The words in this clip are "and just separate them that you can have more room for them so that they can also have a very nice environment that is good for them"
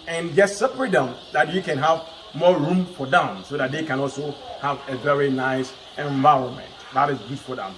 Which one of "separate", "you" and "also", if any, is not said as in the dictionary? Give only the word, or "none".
separate